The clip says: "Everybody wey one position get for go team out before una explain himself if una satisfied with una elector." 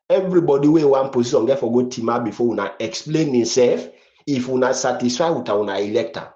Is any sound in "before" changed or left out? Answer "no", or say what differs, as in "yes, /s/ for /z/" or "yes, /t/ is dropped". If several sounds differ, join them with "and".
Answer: yes, /w/ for /ɹ/